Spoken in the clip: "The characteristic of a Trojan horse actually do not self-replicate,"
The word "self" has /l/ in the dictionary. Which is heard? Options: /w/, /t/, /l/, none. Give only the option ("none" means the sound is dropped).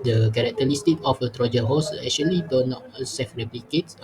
none